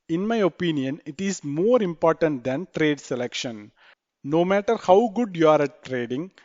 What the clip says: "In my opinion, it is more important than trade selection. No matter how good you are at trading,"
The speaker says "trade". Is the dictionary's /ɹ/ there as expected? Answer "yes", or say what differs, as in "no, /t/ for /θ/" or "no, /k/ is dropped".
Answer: yes